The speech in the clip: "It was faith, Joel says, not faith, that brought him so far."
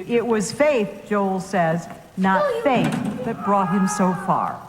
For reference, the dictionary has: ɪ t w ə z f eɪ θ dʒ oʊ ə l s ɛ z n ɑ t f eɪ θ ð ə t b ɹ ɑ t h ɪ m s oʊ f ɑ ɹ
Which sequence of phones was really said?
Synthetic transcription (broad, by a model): ɪ t w ə z f eɪ θ dʒ oʊ ə l s ɛ z n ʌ t f eɪ θ ð ə t b ɹ ɑ t h ɪ m s oʊ f ɑ ɹ